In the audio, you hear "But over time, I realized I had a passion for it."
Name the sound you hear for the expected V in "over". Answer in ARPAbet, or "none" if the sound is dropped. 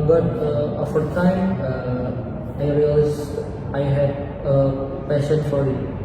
F